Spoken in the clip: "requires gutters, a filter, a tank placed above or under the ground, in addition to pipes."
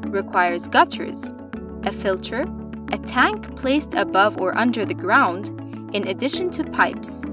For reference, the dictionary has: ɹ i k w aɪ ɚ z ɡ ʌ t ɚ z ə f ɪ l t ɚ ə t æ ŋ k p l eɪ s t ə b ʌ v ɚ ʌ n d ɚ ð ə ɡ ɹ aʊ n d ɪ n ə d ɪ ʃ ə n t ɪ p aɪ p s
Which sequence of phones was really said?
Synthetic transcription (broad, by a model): ɹ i k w aɪ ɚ z ɡ ʌ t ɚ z ə f ɪ l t ɚ ə t æ ŋ k p l eɪ s t ə b ʌ v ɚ ʌ n d ɚ ð ə ɡ ɹ aʊ n d ɪ n ə d ɪ ʃ ə n t ɪ p aɪ p s